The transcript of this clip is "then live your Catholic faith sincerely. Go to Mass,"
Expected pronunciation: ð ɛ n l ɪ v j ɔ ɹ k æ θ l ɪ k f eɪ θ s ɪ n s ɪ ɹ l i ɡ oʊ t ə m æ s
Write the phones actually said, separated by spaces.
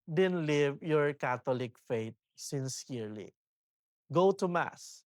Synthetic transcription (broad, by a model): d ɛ n l ɪ v j ɔ ɹ k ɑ t l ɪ k f eɪ t s ɪ n s ɪ ɹ l i ɡ oʊ t ə m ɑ s